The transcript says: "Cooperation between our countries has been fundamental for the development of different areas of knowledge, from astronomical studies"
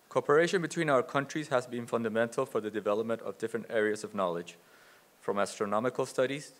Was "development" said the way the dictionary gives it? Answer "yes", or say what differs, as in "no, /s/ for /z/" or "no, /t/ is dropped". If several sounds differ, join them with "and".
yes